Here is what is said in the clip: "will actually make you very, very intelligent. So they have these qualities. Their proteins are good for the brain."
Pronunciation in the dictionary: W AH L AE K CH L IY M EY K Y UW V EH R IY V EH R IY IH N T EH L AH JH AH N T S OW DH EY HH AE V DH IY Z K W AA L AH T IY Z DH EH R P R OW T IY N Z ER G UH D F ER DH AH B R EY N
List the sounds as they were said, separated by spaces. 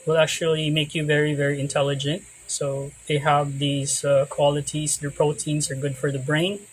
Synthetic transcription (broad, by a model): W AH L AE K CH L IY M EY K Y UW V EH R IY V EH R IY IH N T EH L AH JH AH N T S OW DH EY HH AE V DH IY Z K W AA L AH T IY Z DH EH R P R OW T IY N Z ER G UH D F ER DH AH B R EY N